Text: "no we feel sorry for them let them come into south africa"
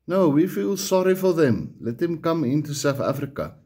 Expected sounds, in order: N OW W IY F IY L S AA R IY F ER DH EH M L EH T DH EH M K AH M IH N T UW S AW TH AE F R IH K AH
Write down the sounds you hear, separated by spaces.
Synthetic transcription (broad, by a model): N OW W IY F IY L S AA R IY F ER DH EH M L EH T DH EH M K AH M IH N T UW S AW TH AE F R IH K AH